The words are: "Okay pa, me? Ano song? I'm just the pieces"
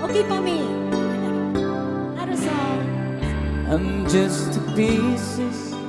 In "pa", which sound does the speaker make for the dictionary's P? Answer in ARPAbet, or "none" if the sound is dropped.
F